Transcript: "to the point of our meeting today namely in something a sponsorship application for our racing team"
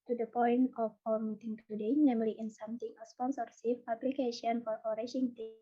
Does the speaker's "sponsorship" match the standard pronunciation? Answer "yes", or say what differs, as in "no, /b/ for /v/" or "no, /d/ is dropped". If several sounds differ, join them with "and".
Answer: no, /s/ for /ʃ/